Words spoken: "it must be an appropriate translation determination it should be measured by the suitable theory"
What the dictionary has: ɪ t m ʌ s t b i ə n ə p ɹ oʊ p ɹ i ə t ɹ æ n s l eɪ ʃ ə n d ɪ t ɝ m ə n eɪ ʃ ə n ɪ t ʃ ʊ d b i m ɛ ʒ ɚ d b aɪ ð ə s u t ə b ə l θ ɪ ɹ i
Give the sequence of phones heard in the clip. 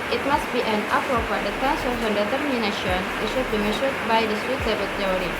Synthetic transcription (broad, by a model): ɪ t m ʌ s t b i ə n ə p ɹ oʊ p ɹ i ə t æ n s ɔ ə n d ɪ t ɝ m ə n eɪ ʃ ə n ɪ t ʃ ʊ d b i m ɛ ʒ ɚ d b aɪ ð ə s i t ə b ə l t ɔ ɹ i